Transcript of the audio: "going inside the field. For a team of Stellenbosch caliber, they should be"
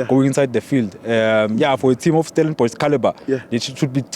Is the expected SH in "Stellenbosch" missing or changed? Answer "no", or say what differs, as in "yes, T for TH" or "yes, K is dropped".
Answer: yes, S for SH